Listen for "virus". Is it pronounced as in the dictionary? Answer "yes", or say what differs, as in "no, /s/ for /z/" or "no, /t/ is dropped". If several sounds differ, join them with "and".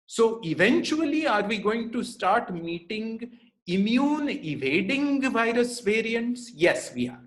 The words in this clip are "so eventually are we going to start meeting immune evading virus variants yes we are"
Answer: yes